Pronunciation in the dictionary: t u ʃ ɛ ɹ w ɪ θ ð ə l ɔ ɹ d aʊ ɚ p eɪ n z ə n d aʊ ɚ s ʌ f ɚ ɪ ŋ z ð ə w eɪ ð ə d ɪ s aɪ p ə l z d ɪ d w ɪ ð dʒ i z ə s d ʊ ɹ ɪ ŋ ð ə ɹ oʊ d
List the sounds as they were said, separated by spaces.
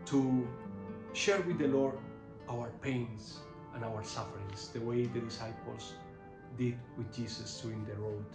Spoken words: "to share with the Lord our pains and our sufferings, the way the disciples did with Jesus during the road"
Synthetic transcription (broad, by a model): t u ʃ ɛ ɹ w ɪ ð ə l ɔ ɹ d aʊ ɚ p eɪ n s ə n aʊ ɚ s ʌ f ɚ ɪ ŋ s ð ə w eɪ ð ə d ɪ s aɪ p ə l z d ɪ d w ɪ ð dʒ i s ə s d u ɪ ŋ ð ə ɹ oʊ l